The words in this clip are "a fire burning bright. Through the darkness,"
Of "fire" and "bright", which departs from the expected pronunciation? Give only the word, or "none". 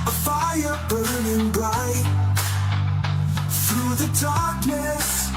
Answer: bright